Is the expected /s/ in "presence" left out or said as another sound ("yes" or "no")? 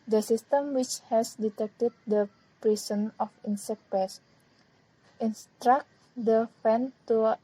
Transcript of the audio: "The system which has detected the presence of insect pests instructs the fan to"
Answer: yes